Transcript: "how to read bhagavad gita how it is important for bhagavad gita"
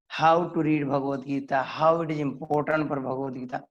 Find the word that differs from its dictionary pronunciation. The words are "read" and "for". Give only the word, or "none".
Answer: for